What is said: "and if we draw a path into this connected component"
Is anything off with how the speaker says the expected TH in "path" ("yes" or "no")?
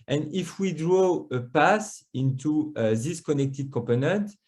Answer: yes